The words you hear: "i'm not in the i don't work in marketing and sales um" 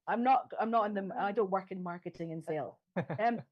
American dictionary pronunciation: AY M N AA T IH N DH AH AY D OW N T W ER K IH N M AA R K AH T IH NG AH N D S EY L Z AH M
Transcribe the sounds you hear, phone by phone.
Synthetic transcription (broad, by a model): AY M N AA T IH N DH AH AY D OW N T W ER K IH N M AA R K AH T IH NG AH N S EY L AH M